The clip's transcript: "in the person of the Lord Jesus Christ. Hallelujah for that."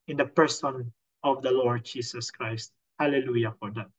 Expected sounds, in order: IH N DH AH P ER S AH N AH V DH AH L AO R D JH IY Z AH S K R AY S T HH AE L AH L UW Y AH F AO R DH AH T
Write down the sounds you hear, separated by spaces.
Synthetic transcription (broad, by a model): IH N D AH P ER S AH N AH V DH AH L AO R D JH IY S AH S K R AY S T HH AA L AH L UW Y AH F AO R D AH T